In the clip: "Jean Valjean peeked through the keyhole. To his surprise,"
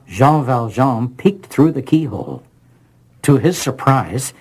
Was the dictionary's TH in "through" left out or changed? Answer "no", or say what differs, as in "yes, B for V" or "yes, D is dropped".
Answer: no